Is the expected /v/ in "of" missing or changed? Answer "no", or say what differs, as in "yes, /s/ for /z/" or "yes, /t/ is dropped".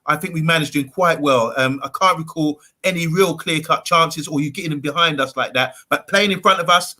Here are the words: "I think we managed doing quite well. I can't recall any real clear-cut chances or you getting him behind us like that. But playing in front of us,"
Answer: no